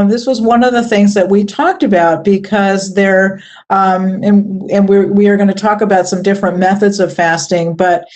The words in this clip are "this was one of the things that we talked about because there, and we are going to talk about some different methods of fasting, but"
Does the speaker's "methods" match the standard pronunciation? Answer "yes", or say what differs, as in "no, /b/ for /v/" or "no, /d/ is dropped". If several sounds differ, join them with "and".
yes